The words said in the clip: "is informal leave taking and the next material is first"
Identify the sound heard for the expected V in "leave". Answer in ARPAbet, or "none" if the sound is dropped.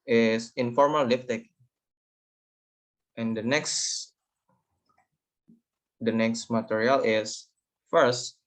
F